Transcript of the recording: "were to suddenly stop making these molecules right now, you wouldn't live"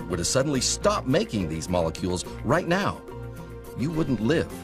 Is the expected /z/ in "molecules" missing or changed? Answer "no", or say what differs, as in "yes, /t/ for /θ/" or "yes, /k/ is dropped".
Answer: no